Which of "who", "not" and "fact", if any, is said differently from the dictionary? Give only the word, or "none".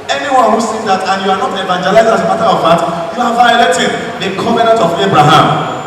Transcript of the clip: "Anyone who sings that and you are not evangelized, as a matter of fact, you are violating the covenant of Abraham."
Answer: fact